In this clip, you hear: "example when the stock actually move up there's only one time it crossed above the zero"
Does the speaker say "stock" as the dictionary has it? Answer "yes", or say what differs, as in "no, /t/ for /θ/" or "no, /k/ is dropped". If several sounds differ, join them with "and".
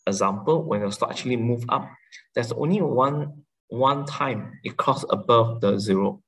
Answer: no, /k/ is dropped